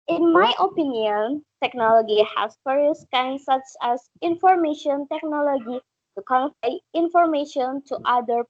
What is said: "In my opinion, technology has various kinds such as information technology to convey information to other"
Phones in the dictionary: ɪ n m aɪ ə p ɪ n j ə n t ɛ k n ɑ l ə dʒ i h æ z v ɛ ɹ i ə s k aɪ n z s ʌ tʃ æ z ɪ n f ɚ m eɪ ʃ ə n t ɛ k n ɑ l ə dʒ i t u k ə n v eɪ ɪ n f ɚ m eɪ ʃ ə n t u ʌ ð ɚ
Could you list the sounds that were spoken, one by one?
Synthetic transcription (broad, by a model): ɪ n m aɪ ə p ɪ n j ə n t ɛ k n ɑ l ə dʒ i h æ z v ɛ ɹ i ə s k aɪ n s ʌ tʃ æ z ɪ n f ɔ m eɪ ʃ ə n t ɛ k n ɑ l ə dʒ i t u k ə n f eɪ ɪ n f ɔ m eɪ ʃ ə n t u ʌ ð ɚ